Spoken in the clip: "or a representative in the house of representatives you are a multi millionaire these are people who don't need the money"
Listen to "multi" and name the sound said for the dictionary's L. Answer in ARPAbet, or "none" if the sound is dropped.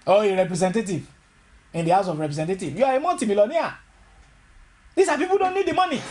N